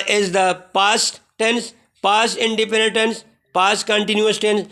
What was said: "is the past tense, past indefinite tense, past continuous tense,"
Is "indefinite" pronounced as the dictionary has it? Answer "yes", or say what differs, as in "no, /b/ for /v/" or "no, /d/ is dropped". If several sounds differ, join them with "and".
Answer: no, /p/ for /f/